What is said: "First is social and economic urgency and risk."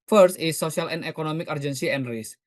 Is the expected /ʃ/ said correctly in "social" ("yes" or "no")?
no